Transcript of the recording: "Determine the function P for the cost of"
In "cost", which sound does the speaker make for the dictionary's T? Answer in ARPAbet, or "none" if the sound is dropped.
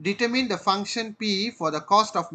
T